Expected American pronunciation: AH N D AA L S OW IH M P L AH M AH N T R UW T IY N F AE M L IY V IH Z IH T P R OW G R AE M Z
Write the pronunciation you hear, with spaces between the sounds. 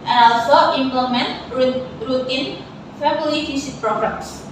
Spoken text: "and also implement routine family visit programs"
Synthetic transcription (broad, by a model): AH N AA L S OW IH M P L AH M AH N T R UW T IY N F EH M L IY F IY S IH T P R OW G R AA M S